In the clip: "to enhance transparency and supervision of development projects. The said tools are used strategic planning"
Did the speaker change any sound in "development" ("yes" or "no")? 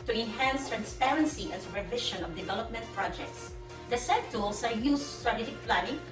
no